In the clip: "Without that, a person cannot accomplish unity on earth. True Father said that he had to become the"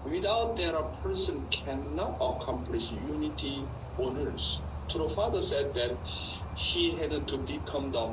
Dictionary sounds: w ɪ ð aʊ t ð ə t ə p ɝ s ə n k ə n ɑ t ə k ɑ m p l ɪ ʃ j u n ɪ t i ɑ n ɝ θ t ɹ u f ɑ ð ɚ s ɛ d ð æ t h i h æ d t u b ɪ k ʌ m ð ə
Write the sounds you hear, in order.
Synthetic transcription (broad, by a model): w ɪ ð aʊ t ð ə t ə p ɝ s ə n k ə n ɑ t ə k ɑ m p l ɪ ʃ j u n ɪ t i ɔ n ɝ s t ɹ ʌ f ɑ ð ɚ s ɛ d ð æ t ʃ i h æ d t u b ɪ k ʌ m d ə